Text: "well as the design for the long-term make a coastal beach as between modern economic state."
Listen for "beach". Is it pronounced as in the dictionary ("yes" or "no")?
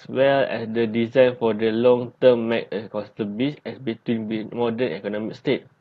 no